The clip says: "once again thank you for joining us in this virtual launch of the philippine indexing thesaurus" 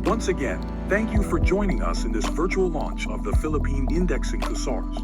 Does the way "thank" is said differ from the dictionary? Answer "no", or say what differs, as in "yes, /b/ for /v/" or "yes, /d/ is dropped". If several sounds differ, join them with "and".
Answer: no